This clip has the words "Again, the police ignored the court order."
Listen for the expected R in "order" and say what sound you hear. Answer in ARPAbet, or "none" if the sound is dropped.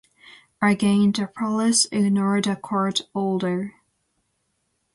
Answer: L